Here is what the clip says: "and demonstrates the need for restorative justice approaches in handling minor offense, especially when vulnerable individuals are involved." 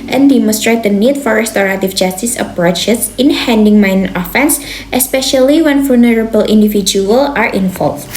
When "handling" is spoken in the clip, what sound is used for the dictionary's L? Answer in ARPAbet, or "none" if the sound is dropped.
none